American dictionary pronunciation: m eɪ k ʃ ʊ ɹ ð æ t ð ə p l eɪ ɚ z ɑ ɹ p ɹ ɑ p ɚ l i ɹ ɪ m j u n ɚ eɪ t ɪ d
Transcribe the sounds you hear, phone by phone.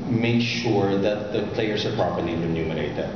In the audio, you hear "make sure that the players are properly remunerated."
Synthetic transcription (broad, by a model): m eɪ k ʃ ʊ ɹ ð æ t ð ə p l eɪ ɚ s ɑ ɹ p ɹ ɑ p ɚ l i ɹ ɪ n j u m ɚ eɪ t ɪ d